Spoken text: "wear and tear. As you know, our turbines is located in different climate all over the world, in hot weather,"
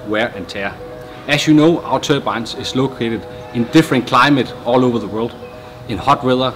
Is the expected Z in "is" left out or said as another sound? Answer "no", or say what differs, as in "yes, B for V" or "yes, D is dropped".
yes, S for Z